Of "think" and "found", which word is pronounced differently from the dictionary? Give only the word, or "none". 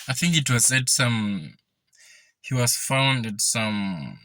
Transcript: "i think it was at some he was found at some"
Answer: none